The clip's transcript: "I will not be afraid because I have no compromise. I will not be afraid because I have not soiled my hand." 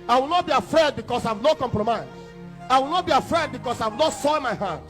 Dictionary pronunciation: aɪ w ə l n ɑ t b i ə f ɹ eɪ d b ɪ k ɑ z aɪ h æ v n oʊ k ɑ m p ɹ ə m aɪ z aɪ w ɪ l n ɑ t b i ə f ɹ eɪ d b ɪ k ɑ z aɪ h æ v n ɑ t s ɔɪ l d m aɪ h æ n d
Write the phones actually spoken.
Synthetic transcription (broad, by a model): aɪ w ə l n ɑ t b i ə f ɹ eɪ d b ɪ k ɑ s aɪ v n oʊ k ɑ m p ɹ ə m aɪ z aɪ w ɪ l n ɑ t b i ə f ɹ eɪ d b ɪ k ɑ s aɪ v n ɑ t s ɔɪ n m aɪ h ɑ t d